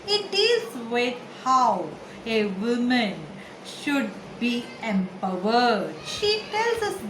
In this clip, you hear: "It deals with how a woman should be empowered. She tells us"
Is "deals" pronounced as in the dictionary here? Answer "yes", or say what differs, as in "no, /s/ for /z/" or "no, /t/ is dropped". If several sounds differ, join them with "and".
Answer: no, /l/ is dropped